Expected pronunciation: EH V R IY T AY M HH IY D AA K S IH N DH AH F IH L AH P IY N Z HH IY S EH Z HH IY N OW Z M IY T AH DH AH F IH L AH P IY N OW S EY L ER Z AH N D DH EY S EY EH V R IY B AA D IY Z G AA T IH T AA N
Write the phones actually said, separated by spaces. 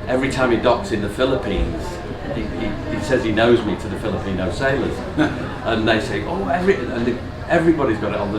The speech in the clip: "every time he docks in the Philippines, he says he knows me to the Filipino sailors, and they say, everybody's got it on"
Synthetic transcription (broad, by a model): EH V R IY T AY M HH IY D AA K S IH N DH AH F IH L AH P IY N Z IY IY S EH Z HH IY N OW Z M IY T AH DH AH F IH L AH P IY N OW S EY L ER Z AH N DH EY S EY EH V R IY B AA D IY Z G AA T IH T N